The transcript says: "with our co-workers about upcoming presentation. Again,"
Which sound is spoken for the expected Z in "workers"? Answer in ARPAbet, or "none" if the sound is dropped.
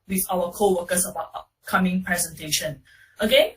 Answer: S